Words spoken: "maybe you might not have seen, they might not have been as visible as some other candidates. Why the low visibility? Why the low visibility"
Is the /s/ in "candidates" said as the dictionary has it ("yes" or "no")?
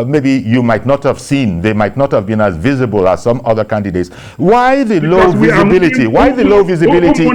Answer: yes